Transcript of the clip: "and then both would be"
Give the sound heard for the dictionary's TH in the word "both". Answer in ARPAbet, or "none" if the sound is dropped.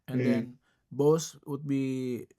S